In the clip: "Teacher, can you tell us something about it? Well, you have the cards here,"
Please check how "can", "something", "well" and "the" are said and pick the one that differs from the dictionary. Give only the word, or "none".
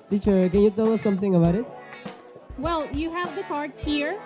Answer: none